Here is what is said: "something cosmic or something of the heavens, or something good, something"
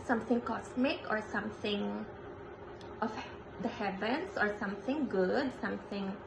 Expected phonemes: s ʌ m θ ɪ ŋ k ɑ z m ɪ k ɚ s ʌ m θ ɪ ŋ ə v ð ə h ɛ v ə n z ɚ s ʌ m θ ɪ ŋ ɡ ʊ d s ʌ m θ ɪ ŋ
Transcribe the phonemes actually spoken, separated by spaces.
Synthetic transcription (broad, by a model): s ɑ m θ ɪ ŋ k ɑ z m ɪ k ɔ s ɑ m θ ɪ ŋ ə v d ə h ɛ v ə n s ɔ s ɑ m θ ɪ ŋ ɡ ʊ d s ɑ m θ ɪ ŋ